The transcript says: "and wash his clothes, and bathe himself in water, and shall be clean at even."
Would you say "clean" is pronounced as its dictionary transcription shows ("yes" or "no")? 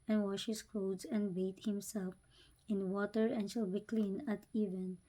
yes